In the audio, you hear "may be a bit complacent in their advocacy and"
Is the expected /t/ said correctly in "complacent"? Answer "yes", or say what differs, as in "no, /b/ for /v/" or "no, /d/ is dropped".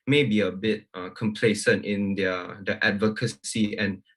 yes